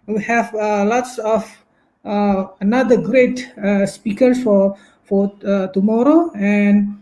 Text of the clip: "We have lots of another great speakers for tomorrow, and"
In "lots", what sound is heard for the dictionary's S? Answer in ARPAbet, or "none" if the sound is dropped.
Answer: S